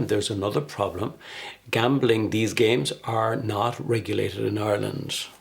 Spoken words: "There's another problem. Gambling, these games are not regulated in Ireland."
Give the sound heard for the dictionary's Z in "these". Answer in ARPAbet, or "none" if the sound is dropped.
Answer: Z